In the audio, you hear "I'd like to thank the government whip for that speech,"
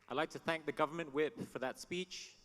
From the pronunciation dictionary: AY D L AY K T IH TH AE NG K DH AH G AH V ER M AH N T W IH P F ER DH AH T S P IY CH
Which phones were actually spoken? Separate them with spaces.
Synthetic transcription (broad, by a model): AY D L AY K T IH TH AE NG K DH AH G AH V ER M AH N T W IH P F ER DH AH T S P IY CH